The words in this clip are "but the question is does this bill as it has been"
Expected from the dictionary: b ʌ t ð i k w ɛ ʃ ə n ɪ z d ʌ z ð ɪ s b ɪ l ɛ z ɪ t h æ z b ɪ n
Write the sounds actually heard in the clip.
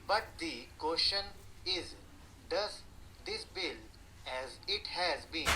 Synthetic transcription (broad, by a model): b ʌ t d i k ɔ ʃ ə n ɪ z d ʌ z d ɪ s b ɪ l ɛ z ɪ t h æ z b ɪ n